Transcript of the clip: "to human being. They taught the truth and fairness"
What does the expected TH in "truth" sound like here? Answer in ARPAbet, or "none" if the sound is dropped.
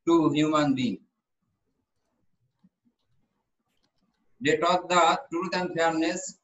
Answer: T